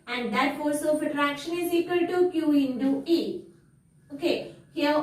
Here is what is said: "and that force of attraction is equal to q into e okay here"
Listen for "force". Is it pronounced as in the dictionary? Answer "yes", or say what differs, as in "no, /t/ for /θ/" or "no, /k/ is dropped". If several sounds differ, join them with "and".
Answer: no, /l/ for /ɹ/